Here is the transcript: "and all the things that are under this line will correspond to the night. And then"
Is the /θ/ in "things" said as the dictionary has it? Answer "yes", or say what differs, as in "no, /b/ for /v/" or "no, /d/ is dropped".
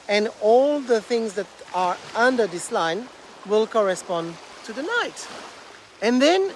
yes